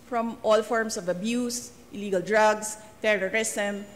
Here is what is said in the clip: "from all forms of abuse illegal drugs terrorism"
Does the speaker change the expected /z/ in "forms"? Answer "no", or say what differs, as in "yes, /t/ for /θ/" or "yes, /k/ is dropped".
yes, /s/ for /z/